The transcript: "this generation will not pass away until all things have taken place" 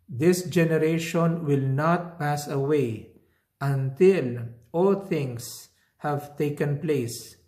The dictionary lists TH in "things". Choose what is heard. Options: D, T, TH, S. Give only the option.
T